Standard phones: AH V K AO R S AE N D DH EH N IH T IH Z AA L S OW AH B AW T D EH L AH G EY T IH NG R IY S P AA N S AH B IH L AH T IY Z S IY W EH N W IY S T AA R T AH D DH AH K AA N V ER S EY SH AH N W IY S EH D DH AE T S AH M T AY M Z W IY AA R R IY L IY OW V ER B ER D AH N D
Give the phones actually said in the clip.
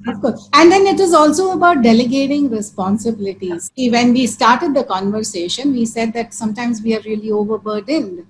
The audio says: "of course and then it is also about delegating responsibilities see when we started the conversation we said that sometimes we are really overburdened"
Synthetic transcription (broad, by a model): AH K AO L AE N D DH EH N IH T IH Z AA L S OW AH B AW T D EH L AH G EY T IH NG R IY S P AA N S AH B IH L AH T IY Z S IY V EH N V IY S T AA R T AH D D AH K AA N V ER S EY SH AH N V IY S EH D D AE T S AH M T AY M Z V IY AA R R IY L IY OW V ER B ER D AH N D